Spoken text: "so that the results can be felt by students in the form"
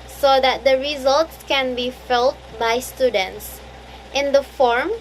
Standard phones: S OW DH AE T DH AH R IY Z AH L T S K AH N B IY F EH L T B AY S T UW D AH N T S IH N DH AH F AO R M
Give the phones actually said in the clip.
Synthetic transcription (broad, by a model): S OW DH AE T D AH R IY Z AH L T S K AH N B IY F EH L T B AY S T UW D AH N T S IH N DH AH F AO R M